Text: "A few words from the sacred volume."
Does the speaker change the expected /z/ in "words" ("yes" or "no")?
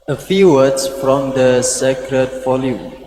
yes